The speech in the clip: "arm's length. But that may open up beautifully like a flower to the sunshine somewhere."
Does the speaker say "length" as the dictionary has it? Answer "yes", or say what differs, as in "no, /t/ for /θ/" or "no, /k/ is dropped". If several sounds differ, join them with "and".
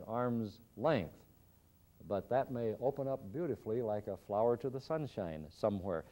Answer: yes